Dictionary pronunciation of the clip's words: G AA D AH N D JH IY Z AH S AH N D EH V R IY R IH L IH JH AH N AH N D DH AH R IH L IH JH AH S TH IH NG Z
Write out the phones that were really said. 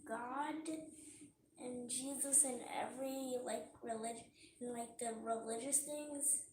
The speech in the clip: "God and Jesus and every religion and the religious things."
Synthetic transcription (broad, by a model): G AA D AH N JH IY Z AH S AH N EH V R IY R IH L IH JH N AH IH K DH AH R IH L IH JH AH S TH IH NG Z